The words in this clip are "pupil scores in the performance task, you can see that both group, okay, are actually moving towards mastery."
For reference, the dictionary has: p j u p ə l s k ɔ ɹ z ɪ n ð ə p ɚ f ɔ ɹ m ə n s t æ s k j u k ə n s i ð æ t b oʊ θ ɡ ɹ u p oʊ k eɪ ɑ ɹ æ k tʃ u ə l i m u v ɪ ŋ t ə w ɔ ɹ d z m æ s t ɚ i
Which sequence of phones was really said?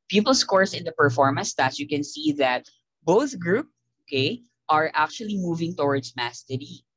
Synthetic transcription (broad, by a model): p j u p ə l s k ɔ ɹ s ɪ n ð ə p ɚ f ɔ ɹ m ə n s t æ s j u k ə n s i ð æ t b oʊ θ ɡ ɹ u p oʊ k eɪ ɑ ɹ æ k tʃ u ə l i m u v ɪ ŋ t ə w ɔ ɹ d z m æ s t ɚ i